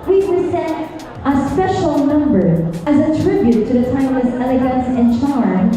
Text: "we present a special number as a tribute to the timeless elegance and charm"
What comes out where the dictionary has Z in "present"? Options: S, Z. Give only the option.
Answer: S